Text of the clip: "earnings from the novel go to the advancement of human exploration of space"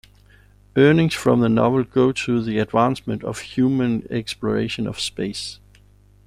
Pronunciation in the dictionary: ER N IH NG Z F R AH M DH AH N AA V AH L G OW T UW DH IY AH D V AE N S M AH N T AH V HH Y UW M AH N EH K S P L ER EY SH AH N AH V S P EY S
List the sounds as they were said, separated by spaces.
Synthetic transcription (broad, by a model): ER N IH NG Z F R AH M DH AH N AA V AH L G OW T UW DH IY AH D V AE N S M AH N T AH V HH Y UW M AH N EH K S P L ER EY SH AH N AH V S P EY S